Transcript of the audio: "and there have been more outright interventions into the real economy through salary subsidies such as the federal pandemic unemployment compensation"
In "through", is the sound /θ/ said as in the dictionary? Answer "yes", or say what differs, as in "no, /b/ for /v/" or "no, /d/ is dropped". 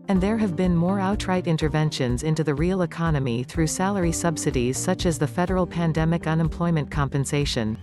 yes